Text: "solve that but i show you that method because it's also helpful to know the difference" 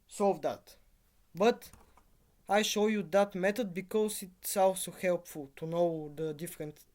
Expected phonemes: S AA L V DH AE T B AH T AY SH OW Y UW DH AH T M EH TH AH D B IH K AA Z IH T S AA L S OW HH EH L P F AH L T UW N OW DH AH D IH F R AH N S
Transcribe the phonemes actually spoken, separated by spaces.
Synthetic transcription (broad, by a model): S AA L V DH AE T B AH T AY SH OW Y UW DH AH T M EH T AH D B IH K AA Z IH T S AA L S OW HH EH L P F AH L T UW N OW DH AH D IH F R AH N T